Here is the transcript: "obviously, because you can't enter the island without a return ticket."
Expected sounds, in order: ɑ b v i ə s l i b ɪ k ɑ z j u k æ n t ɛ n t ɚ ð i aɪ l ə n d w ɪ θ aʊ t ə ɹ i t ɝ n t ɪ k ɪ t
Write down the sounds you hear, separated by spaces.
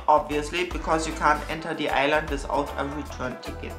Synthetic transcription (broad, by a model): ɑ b v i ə s l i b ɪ k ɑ s j u k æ n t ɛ n t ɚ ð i aɪ l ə n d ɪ s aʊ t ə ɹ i t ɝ n t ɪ k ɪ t